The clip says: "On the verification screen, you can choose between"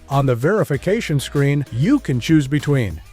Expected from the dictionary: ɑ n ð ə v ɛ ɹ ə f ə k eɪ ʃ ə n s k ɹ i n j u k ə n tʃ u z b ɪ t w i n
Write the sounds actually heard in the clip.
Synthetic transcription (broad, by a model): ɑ n ð ə v ɛ ɹ ə f ə k eɪ ʃ ə n s k ɹ i n j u k ə n tʃ u z b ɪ t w i n